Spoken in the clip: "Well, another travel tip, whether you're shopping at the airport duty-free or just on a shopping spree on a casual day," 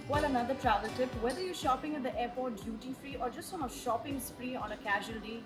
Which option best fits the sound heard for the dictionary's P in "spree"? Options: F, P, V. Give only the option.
F